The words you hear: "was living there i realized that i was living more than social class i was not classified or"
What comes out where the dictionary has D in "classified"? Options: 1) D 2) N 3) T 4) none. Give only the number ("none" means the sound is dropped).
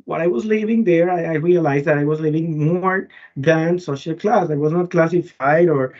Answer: 1